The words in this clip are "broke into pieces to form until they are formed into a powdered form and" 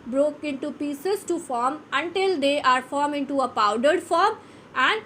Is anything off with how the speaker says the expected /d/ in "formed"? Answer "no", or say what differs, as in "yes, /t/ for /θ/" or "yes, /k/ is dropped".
yes, /d/ is dropped